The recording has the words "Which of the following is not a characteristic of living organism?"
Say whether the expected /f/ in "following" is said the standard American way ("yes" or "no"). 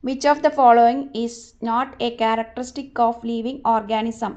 yes